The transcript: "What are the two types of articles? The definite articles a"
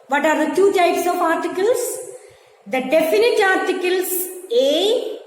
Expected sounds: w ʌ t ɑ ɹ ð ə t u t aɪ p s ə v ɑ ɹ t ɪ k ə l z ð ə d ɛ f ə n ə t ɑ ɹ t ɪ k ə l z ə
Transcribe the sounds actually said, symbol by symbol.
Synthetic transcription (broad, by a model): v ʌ t ɑ ɹ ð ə t u t aɪ p s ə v ɑ ɹ t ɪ k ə l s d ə d ɛ f ə n ə t ɑ ɹ t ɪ k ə l s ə